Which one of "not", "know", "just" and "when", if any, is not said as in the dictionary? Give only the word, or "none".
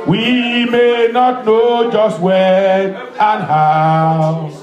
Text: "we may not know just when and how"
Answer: when